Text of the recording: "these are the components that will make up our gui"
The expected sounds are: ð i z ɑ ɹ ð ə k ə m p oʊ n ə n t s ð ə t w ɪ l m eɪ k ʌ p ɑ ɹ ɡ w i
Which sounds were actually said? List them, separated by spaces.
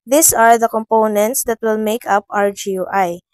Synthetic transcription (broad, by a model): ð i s ɑ ɹ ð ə k ə m p oʊ n ə n t s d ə t w ɪ l m eɪ k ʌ p ɑ ɹ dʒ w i